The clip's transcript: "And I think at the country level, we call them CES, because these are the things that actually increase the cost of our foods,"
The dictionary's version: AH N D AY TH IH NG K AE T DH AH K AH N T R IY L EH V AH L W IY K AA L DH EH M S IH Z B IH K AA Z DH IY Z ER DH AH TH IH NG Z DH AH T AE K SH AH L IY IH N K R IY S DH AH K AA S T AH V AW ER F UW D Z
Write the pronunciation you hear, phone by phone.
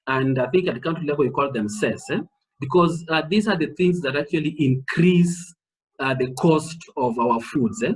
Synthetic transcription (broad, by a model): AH N D AY TH IH NG K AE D K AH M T IY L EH W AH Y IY K AA L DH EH M S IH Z B IH K AA Z DH IY Z ER DH AH TH IH NG Z DH AH T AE K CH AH L IY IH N K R IY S DH AH K AA S T AH V AW ER F UW D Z